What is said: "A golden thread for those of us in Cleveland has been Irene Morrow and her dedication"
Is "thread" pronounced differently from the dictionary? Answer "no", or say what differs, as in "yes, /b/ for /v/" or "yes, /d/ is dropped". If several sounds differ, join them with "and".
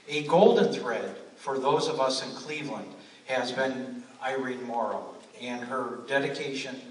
no